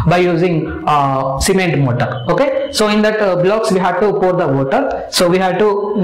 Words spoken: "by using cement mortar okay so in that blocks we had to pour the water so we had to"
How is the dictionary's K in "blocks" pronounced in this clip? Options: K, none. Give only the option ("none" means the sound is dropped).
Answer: K